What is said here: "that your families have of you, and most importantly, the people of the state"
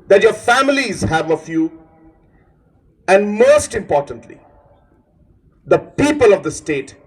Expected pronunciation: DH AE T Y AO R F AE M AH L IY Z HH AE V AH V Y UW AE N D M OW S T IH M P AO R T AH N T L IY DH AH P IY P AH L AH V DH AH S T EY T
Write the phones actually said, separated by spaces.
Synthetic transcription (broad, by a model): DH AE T Y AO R F AE M AH L IY Z HH AE V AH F Y UW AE N D M OW S T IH M P AO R T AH N T L IY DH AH P IY P AH L AH V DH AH S T EY T